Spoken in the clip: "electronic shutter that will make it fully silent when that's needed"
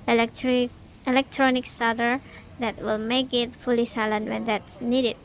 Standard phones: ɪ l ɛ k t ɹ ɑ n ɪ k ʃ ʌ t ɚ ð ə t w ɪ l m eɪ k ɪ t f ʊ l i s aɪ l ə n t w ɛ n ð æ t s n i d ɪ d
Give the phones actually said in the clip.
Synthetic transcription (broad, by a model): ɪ l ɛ k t ɹ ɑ n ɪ k s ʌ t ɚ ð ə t w ɪ l m eɪ k ɪ t f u l i s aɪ l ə n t w ɛ n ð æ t s n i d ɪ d